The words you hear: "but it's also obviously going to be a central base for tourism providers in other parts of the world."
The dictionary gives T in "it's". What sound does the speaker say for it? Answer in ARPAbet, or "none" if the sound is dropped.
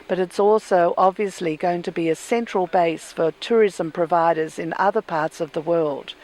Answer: T